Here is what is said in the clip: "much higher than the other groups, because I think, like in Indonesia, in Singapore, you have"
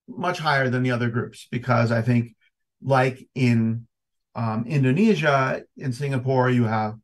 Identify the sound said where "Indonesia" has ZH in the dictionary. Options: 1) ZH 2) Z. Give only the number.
1